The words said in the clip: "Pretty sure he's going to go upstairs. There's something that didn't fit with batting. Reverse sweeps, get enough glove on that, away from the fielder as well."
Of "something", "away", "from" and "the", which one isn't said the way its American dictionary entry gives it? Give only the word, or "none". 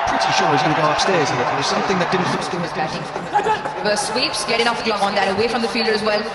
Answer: none